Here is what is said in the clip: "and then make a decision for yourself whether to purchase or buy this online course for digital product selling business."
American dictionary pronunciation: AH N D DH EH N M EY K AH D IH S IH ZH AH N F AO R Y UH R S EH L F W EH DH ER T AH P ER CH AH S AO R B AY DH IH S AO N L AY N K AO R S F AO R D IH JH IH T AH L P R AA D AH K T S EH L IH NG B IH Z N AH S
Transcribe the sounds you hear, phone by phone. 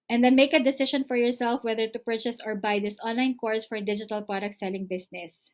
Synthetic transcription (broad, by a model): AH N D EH N M EY K AH D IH S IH SH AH N F AO R Y UH R S EH L F W EH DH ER T AH P ER CH AH S AO R B AY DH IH S AO N L AY N K AO R S F AO R D IH JH IH T AH L P R AA D AH K T S EH L IH NG B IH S N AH S